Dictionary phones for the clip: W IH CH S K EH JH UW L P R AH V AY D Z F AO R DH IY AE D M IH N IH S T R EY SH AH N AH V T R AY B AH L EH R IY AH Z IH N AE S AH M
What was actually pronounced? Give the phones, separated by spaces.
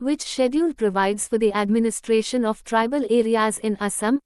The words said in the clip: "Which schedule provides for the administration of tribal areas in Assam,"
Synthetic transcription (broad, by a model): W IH CH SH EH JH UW N P R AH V AY D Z F AO R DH IY AE D M IH N IH S T R EY SH AH N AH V T R AY B AH L EH R IY AH Z IH N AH S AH M